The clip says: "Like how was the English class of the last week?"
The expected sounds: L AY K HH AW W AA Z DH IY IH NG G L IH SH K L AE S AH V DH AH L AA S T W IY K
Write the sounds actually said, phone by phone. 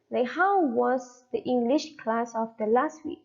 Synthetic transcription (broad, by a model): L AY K HH AW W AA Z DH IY IH NG G L IH SH K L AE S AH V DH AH L AA S T W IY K